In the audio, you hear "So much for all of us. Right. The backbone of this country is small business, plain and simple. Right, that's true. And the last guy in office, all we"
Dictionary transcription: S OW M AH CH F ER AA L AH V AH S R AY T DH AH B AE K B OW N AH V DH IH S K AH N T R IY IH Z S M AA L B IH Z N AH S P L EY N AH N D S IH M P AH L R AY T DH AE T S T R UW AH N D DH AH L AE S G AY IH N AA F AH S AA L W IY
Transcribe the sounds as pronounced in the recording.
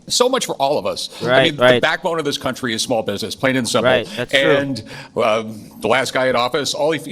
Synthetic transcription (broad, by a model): S OW M AH CH F ER AA L AH V AH S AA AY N DH AH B AE K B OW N AH V DH IH S K AH N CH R IY IH Z S M AA L B IH Z N AH S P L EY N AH N S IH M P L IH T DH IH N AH DH AH L AE S G AY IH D AA F AH S AA L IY